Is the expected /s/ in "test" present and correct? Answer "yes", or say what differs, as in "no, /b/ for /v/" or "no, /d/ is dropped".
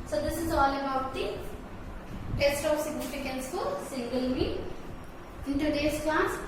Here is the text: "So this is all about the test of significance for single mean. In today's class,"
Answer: yes